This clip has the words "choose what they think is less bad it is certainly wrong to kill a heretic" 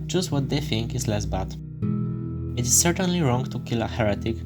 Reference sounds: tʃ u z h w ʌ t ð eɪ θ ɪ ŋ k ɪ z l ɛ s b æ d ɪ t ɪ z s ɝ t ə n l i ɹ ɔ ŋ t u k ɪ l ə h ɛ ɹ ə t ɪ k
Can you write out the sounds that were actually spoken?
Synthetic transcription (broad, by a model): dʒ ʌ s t w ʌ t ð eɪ θ ɪ ŋ k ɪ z l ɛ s b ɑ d ɪ t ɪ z s ɝ t ə n l i ɹ ɔ ŋ t u k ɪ l ə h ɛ ɹ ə t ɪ k